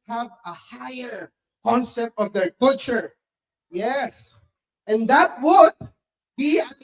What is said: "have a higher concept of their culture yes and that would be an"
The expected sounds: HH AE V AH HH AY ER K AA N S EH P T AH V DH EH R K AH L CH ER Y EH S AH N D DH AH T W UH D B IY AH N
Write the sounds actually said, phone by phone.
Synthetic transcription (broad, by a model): HH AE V AH HH AY ER K AA N S EH P T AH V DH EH R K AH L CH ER Y EH S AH N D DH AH T W UH D B IY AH